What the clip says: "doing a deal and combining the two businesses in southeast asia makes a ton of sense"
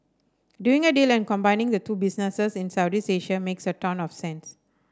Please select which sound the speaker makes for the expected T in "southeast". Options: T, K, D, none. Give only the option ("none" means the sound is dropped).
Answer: none